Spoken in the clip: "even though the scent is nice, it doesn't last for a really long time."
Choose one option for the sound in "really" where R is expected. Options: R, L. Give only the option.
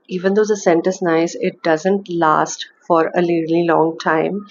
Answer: L